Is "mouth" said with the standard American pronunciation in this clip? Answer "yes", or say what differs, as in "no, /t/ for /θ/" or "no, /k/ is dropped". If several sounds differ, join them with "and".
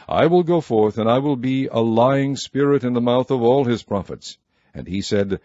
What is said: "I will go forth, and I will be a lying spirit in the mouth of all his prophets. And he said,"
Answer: yes